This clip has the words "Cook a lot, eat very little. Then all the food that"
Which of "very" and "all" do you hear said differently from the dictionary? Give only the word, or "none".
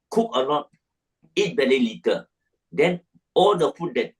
very